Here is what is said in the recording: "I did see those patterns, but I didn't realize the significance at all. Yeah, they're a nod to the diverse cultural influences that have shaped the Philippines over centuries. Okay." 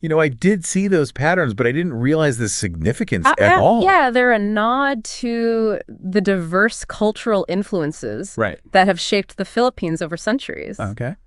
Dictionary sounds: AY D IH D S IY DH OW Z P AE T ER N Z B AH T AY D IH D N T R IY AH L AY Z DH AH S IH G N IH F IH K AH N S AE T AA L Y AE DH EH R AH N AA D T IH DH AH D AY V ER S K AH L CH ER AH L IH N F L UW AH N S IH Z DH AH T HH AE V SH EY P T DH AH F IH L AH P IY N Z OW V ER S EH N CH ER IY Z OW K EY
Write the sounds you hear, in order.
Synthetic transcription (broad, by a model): AY D IH D S IY DH OW Z P AE T ER N Z B AH T AY D IH D N T R IY AH L AY Z DH AH S IH G N IH F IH K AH N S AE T AA L Y AE DH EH R AH N AA D T IH DH AH D AY V ER S K AH L CH ER L IH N F L UW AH N S IH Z DH AH T HH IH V SH EY P T DH AH F IH L AH P IY N Z OW V ER S EH N CH ER IY Z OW K EY